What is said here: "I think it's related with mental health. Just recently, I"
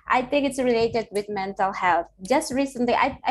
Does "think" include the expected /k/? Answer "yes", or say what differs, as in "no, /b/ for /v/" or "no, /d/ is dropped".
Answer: yes